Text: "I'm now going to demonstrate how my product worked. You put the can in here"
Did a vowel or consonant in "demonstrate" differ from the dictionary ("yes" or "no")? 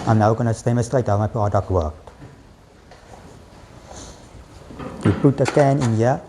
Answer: yes